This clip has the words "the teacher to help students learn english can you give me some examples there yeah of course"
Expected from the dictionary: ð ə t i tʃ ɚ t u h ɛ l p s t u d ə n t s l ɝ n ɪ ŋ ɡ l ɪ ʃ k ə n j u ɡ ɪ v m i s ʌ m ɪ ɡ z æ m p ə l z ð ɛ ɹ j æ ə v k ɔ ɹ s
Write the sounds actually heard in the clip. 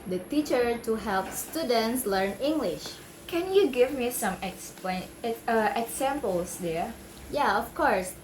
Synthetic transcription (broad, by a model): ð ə t i tʃ ɚ t u h ɛ l p s t u d ə n t s l ɝ n ɪ ŋ ɡ l ɪ ʃ k ə n j u ɡ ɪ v m i s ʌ m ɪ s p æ m p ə l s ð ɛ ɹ j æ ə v k ɔ ɹ s